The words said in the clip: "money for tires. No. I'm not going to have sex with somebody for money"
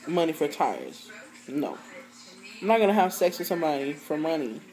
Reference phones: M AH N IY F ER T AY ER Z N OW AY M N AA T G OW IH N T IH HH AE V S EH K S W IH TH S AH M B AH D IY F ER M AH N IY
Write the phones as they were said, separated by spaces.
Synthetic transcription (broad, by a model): M AH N IY F ER T AY ER Z N OW AY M N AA T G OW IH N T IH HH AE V S EH K S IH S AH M AH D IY F ER M AH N IY